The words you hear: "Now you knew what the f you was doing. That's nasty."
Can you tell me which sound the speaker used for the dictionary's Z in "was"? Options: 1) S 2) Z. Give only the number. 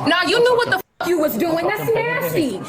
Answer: 2